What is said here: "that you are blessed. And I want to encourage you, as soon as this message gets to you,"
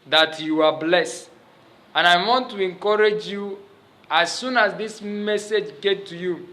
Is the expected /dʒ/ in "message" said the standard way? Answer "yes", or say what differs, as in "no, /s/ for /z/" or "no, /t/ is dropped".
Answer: yes